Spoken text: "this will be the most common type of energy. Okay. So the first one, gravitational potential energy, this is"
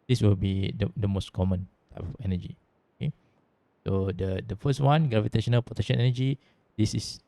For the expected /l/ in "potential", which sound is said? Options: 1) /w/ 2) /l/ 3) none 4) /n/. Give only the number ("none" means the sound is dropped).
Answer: 4